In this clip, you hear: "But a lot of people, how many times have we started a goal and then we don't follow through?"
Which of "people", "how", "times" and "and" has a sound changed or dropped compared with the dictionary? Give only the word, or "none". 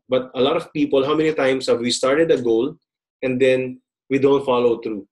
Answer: times